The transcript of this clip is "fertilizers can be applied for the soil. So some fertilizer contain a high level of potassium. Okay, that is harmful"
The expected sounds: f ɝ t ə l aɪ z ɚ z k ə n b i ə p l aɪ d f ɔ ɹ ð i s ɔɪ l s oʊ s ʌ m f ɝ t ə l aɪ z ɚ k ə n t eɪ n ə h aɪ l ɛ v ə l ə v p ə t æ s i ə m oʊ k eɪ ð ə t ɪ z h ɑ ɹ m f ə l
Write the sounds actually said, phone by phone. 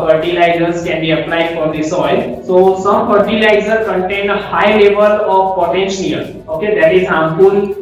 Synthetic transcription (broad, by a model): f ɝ t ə l aɪ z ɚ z k ə n b i ə p l aɪ d f ɔ ɹ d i s ɔɪ l s oʊ s ʌ m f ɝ t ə l aɪ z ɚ k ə n t eɪ n ə h aɪ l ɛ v ə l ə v p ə t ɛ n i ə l oʊ k eɪ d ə t ɪ z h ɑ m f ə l